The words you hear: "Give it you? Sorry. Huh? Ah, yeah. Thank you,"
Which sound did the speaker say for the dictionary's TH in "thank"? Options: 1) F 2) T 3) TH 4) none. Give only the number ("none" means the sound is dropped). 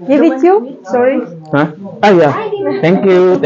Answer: 2